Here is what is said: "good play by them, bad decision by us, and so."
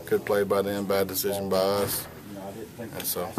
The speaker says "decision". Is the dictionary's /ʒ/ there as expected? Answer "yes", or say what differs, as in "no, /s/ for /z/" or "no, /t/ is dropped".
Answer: yes